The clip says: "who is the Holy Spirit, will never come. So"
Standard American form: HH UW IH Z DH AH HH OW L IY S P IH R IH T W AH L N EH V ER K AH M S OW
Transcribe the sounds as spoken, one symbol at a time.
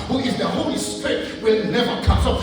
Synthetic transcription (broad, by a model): HH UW IH Z DH AH HH OW L IY S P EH IH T W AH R N EH V ER K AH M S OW